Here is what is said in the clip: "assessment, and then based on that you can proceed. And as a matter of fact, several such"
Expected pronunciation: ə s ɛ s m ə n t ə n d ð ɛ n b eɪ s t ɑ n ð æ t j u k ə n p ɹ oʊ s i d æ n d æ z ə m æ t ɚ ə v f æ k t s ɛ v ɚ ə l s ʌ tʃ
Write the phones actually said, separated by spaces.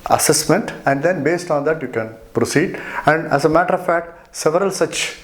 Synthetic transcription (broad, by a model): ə s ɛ s m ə n t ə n d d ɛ n b eɪ s t ɑ n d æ t j u k ə n p ɹ oʊ s i d æ n d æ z ə m æ t ɚ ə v f æ k t s ɛ v ɚ ə l s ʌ tʃ